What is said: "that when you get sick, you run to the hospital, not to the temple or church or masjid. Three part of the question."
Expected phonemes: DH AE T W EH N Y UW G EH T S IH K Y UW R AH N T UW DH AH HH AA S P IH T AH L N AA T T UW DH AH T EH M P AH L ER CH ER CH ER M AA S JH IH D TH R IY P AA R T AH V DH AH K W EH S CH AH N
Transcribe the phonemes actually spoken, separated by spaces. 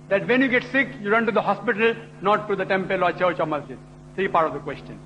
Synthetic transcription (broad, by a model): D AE T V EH N Y UW G EH T S IH K Y UW R AH N T UW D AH HH AA S P IH T AH L N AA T T UW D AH T EH M P AH L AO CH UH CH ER M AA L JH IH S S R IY P AA R T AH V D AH K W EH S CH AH N